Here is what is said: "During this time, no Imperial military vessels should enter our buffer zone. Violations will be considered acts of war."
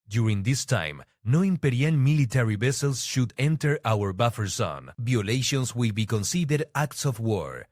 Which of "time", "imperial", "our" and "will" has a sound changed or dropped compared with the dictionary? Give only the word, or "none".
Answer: imperial